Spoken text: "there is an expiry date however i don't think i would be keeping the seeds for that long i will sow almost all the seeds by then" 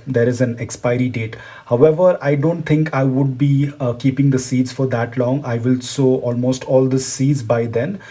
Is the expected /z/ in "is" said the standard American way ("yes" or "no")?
yes